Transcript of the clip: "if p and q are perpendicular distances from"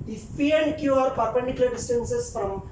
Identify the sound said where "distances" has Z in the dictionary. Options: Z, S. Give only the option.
S